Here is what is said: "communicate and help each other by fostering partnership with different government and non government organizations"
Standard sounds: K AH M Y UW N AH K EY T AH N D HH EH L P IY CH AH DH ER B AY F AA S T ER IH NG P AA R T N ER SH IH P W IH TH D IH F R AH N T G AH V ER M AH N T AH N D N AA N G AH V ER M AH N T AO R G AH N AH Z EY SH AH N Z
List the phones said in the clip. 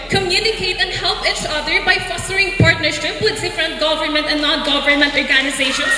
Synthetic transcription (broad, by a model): K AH M Y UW N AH K EY T AH N D HH EH L P IY CH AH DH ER B AY F AA S T ER IH NG P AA R T N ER S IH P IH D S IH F R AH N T G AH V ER M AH N T AH N D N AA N G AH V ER M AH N T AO R G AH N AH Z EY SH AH N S